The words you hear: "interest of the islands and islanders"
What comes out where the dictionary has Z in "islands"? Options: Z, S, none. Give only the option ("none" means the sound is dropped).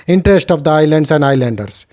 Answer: S